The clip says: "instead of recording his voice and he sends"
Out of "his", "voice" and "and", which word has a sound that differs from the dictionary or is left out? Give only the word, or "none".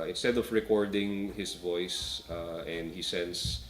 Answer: his